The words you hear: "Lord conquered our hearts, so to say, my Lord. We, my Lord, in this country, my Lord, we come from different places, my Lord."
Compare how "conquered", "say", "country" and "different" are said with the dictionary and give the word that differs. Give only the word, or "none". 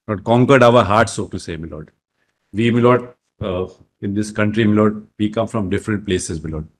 none